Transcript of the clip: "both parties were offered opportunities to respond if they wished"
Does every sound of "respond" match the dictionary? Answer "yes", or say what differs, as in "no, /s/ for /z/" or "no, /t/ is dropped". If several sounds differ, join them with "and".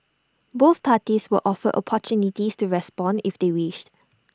yes